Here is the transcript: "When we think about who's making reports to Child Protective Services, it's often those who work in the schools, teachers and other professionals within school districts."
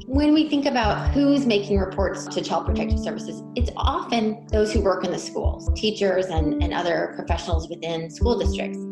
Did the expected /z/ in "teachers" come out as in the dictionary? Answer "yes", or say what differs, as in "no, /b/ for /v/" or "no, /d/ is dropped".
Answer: yes